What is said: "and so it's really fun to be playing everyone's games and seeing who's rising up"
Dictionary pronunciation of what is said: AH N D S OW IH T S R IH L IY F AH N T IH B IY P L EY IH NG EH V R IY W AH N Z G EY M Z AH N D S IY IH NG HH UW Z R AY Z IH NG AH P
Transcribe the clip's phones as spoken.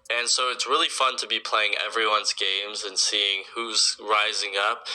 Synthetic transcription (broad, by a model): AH N S OW IH T S R IH L IY F AH N T IH B IY P L EY IH NG EH V R IY W AH N Z G EY M Z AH N S IY IH NG HH UW Z R AY Z IH NG AH P